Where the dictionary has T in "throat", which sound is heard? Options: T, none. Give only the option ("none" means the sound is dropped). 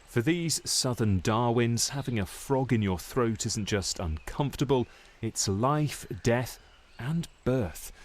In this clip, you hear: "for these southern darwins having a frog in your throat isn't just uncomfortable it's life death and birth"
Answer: T